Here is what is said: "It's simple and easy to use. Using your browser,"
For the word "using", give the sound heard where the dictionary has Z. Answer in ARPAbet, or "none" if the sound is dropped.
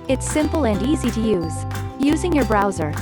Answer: Z